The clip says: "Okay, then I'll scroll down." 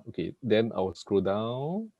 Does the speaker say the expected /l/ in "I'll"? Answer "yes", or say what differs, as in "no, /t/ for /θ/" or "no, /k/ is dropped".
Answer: no, /w/ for /l/